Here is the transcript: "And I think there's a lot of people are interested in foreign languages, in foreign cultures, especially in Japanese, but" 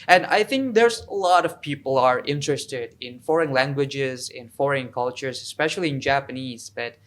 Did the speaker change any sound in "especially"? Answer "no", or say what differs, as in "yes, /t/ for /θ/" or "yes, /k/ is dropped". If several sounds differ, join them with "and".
no